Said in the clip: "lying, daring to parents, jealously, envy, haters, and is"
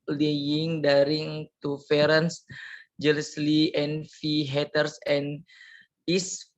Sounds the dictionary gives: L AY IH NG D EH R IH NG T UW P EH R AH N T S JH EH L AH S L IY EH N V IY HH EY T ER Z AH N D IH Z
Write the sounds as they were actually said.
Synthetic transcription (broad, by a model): L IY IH NG D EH R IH NG T UW F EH R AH N S JH EH L AH S L IY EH N F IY HH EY T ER S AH N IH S